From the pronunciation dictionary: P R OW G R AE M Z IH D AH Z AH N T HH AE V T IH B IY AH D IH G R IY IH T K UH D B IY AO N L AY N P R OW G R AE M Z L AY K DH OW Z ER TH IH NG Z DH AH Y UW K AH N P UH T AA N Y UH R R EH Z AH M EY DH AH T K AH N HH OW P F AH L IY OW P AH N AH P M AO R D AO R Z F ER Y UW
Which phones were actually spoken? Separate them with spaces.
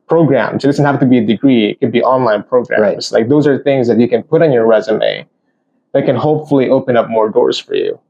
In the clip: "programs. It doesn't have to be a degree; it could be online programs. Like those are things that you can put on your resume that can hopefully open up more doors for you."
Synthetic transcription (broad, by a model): P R OW G R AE M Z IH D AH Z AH N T HH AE F T IH B IY AH D IH G R IY IH T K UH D B IY AO N L AY N P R OW G R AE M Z L AY K DH OW Z ER TH IH NG Z DH AH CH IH K AH N P UH T N Y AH R R EH Z AH M EY DH AH T K AH N HH OW P F L IY OW P AH N AH P M AO R D AO R Z F ER Y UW